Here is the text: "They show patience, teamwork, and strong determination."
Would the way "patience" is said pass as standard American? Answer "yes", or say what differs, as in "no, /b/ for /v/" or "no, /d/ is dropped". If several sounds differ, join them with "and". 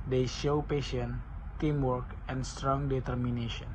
no, /s/ is dropped